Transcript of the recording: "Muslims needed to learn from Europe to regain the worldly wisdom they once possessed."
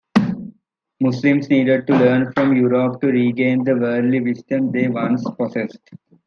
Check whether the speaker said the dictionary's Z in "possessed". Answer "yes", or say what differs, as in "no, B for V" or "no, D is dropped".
no, S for Z